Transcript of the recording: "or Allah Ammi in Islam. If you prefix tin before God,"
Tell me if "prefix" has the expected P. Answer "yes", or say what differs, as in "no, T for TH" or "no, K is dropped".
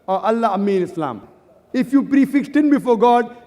yes